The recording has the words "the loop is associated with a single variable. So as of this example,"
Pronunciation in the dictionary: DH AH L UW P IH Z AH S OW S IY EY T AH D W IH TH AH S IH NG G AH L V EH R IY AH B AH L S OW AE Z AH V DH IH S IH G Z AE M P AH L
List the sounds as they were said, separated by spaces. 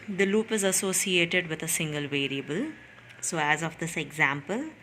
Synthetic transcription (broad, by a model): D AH L UW P IH Z AH S OW S IY EY T AH D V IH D AH S IH NG G AH L V EH R IY AH B AH L S OW AE Z AH V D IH S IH G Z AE M P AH L